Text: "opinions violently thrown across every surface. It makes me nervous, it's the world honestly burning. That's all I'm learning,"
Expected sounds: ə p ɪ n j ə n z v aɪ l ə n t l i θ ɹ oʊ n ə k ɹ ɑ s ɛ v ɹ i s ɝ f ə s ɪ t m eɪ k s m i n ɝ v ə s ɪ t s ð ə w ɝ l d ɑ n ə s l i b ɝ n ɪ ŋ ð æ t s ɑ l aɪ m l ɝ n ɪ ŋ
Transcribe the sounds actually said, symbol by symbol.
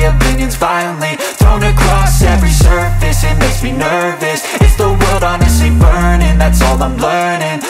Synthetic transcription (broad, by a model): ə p ɪ n j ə n z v aɪ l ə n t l i θ ɹ oʊ n ə k ɹ ɑ s ɛ v ɹ i s ɝ f ə s ɪ t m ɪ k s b i n ɝ v ə s ɪ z ð ə w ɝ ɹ d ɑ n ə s i b ɝ n ɪ ŋ ð æ t s ɑ l aɪ m l ɝ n ɪ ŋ